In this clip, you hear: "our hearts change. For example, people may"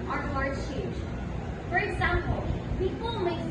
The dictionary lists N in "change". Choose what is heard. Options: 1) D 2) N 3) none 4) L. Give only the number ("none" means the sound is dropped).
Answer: 3